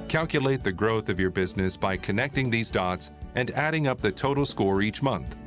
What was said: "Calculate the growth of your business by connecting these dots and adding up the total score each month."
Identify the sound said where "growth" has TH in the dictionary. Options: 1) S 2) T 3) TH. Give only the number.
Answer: 3